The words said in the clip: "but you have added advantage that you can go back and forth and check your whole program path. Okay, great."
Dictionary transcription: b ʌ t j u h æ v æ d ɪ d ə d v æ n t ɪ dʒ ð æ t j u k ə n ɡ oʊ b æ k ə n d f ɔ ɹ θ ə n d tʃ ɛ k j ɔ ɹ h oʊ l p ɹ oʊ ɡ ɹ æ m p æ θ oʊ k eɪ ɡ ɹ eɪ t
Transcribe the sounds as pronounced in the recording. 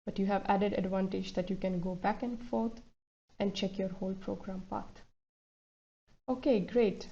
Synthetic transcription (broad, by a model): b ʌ t j u h æ v æ d ɪ d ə d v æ n t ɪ dʒ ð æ t j u k ə n ɡ oʊ b æ k ə n d f ɔ ɹ t ə n d tʃ ɛ k j ɔ ɹ h oʊ l p ɹ oʊ ɡ ɹ æ m p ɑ t oʊ k eɪ ɡ ɹ eɪ t